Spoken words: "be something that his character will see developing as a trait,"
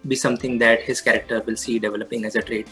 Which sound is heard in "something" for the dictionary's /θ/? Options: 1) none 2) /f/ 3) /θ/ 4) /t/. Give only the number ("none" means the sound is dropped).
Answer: 4